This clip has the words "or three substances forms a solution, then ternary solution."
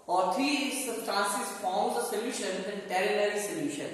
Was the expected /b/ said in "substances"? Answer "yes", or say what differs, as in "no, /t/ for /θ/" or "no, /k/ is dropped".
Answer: no, /b/ is dropped